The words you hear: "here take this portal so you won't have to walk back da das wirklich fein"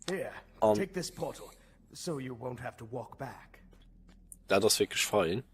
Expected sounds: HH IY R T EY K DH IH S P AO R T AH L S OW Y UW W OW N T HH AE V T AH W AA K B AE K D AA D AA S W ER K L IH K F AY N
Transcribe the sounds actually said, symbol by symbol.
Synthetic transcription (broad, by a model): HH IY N T EY K DH IH S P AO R T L S OW Y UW W OW N T HH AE F T AH W AA K B AE K D AA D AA S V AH K L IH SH F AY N